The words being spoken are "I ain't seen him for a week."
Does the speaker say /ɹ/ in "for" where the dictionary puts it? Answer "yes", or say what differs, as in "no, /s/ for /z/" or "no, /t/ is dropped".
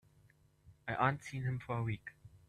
yes